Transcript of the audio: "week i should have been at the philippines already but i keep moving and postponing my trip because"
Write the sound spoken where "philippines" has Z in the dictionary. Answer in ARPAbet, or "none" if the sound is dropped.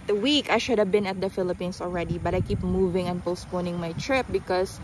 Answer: S